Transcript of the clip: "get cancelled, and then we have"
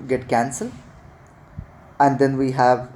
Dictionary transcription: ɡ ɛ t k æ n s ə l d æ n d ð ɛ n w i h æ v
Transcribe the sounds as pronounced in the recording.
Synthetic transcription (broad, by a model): ɡ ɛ t k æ n s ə l æ n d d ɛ n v i h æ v